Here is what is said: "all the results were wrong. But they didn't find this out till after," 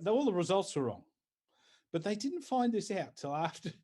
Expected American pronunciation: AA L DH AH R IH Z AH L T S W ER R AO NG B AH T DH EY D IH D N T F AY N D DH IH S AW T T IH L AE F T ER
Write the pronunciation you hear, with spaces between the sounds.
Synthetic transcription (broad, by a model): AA L DH AH R IH Z AH L T S W ER R AO NG B AH T DH EY D IH D N T F AY N DH IH S AW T T IH L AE F T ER